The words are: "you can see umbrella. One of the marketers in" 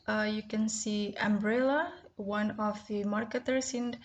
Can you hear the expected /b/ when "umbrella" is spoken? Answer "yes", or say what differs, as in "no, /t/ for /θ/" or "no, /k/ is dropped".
yes